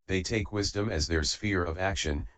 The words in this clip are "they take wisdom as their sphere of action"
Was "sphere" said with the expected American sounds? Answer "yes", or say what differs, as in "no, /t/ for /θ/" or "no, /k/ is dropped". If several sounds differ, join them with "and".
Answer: yes